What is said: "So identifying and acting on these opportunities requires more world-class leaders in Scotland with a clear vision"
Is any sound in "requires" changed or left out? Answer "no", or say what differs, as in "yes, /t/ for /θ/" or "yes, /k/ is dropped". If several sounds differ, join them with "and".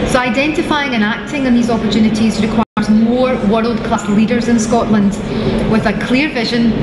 no